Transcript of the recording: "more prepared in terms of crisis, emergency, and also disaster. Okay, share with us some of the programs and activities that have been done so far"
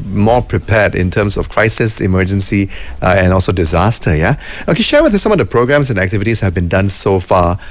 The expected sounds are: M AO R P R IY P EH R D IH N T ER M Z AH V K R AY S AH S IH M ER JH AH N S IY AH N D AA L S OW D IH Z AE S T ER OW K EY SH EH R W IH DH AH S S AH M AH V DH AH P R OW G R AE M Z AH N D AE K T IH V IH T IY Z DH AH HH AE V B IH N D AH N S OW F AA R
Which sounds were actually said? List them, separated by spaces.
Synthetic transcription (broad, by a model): M AO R P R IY P EH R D IH N T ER M S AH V K R AY S AH S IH M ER JH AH N S IY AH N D AA L S OW D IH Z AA S T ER OW K EY SH EH R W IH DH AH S S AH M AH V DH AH P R OW G R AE M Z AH N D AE K T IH V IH T IY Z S HH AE V B IH N D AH N S OW F AA